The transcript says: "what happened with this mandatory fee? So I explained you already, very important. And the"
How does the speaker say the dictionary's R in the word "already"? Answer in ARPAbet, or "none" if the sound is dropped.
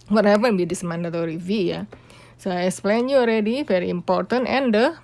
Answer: R